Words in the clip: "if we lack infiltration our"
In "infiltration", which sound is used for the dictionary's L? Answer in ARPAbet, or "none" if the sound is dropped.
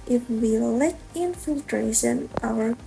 L